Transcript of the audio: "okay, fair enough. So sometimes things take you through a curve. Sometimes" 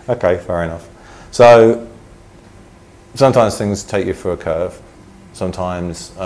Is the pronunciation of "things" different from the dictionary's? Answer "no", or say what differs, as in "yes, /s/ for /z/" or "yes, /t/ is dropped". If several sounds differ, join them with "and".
no